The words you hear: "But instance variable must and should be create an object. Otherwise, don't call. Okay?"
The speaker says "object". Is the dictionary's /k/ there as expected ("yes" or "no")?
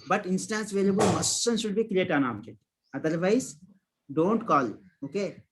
no